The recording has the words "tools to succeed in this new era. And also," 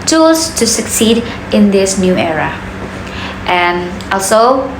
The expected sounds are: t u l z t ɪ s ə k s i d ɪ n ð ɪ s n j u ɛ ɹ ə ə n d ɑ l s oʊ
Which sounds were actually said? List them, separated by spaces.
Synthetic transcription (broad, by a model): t u l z t ɪ s ə k s i d ɪ n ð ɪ s n j u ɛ ɹ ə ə n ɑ l s oʊ